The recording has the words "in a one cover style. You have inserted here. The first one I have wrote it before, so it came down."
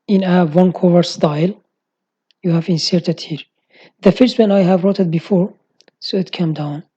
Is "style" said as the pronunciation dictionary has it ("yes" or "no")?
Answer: yes